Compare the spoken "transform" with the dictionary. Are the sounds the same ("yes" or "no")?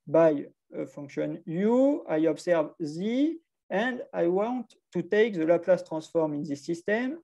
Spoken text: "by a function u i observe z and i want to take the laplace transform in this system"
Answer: no